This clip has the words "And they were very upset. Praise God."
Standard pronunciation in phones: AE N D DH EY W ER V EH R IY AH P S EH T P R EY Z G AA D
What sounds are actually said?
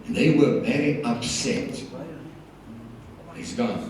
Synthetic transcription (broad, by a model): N DH EY W ER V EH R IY AH P S EH T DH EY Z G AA